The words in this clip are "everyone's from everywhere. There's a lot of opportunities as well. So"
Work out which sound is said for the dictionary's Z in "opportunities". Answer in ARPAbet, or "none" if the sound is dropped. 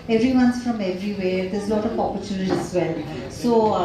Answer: none